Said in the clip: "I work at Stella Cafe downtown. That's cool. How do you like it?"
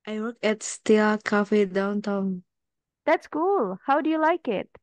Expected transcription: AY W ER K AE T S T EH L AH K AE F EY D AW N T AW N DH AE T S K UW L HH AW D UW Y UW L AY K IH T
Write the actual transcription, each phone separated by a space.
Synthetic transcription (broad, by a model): AY W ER K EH T S T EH AH K AE F EY D AW N T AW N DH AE T S K UW L HH AW D UW Y UW L AY K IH T